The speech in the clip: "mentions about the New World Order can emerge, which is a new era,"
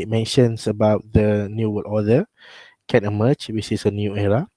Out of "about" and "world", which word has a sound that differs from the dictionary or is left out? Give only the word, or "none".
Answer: world